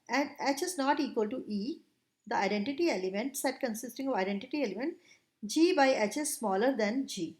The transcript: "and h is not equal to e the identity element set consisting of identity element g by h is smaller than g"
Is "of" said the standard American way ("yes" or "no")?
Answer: yes